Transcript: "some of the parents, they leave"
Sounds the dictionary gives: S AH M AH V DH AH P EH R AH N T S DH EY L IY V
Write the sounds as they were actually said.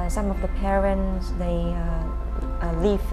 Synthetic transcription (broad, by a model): S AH M AH V DH AH P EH R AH N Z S DH EY L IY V